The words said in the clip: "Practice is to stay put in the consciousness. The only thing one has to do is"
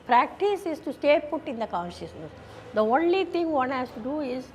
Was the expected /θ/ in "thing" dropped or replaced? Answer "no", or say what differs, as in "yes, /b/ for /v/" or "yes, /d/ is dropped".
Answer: yes, /t/ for /θ/